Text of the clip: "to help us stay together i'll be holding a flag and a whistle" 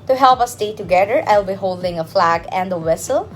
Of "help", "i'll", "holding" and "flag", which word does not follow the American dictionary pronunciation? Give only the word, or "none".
none